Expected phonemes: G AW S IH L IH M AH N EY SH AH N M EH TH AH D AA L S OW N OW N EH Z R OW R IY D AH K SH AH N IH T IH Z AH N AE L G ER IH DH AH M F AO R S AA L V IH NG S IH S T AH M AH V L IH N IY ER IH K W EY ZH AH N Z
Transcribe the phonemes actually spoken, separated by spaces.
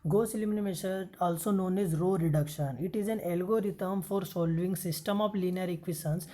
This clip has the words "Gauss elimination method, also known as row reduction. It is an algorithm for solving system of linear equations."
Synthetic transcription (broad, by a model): G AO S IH L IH M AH N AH M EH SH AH AA L S OW N OW N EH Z R OW R IY D AH K SH AH N IH T IH Z AH N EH L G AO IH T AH M F AO R S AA L V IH NG S IH S T AH M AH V L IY N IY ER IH K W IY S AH N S